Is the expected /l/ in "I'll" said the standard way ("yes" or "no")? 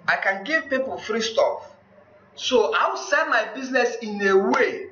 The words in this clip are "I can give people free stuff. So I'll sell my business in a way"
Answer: no